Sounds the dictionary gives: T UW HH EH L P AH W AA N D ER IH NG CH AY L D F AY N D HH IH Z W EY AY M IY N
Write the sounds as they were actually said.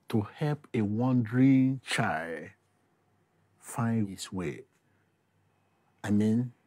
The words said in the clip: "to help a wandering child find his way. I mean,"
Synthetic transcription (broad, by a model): T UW HH EH L P AH W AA N D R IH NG CH AY L D F AY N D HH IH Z W EY AY M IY N